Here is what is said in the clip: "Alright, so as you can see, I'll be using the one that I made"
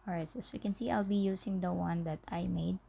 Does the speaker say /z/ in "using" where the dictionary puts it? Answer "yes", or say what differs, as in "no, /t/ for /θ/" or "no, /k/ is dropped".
no, /s/ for /z/